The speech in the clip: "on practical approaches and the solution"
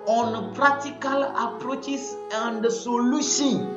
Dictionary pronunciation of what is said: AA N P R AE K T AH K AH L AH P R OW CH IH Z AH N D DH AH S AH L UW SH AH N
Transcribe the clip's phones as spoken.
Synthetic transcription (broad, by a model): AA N P R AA T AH K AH L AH P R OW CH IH S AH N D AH S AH L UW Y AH